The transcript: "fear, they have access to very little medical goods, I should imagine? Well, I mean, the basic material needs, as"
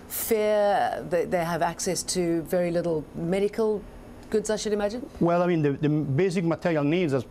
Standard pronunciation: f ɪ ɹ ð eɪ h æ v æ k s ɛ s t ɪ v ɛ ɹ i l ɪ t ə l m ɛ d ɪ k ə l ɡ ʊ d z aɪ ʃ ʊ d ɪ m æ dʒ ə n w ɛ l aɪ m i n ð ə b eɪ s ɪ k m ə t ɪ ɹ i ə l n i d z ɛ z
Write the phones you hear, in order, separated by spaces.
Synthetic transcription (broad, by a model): f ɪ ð ð eɪ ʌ v æ k s ɛ s t ɪ v ɛ ɹ i l ɪ t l m ɛ d ɪ k ə l ɡ ʊ d z aɪ ʃ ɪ d ɪ m æ dʒ ə n w ɛ l aɪ m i n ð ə b eɪ s ɪ k m ə t ɪ ɹ i ə l n i d z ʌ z